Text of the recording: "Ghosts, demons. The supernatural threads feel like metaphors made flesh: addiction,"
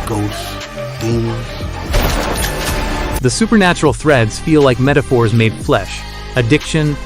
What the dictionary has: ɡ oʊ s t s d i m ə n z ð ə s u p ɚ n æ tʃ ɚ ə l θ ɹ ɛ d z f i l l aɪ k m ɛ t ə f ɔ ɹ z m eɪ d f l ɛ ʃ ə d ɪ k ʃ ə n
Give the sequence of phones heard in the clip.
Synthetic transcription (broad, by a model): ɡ oʊ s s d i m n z ð ə s u p ɚ n æ tʃ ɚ l θ ɹ ɛ d z f i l l aɪ k m ɛ t ə f ɔ ɹ z m eɪ d f l ɛ ʃ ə d ɪ k ʃ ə n